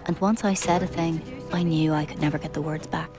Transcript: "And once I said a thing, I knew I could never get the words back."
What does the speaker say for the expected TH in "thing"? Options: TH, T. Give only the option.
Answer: TH